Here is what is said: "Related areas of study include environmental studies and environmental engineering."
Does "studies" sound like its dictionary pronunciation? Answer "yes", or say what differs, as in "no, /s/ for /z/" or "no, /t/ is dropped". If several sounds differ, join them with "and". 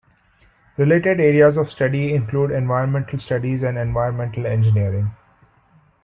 yes